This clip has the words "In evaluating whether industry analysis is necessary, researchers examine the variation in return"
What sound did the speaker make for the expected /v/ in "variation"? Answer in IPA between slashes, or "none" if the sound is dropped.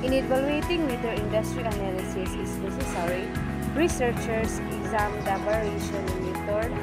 /p/